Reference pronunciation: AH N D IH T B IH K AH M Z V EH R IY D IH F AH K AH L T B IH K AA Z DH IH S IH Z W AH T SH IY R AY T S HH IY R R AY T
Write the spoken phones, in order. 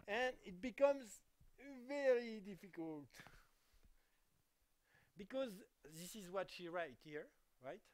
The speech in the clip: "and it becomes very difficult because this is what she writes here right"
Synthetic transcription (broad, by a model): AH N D IH T B IH K AH M Z V EH R IY D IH F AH K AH L T B IH K AA Z DH IH S IH Z W AH T SH IY R AY T HH IY R R AY T